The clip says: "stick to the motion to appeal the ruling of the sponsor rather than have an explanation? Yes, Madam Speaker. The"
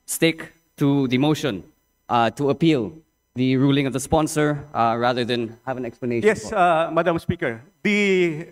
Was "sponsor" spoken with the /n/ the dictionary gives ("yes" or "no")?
yes